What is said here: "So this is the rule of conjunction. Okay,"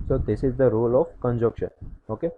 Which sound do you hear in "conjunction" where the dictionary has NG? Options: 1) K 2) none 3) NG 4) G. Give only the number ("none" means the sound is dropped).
2